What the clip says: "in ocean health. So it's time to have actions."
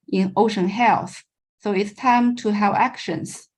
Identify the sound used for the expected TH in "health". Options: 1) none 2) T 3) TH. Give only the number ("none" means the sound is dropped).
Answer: 3